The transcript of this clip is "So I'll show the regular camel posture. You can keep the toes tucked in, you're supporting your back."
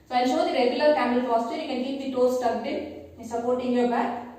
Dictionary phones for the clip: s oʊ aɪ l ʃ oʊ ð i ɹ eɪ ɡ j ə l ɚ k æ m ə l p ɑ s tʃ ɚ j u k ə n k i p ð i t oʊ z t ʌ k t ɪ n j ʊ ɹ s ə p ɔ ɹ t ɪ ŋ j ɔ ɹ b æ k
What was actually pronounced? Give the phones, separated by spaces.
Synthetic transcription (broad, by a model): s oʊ aɪ l ʃ oʊ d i ɹ eɪ ɡ j ə l ɚ k æ m ə l f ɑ s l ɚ j u k ə n k i p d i t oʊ s t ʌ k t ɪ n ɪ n s ə p ɔ ɹ t ɪ ŋ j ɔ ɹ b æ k